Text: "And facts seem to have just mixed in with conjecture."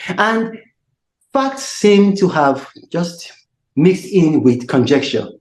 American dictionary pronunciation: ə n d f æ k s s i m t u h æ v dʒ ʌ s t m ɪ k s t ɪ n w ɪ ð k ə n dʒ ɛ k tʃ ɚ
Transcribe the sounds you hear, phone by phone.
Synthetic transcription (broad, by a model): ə n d f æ k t s i m t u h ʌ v dʒ ʌ s t m ɪ k s t ɪ n w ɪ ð k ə n dʒ ɛ k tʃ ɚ